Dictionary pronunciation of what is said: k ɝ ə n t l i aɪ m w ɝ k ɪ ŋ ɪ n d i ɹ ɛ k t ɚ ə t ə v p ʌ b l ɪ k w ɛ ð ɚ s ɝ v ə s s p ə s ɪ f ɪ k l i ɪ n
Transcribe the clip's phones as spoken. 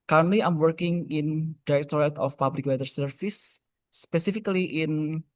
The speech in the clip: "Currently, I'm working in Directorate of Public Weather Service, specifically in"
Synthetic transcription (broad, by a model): k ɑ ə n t l i aɪ m w ɝ k ɪ ŋ ɪ n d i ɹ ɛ k t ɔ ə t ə f p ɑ b l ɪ k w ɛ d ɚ s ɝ f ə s s p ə s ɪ f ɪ k l i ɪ n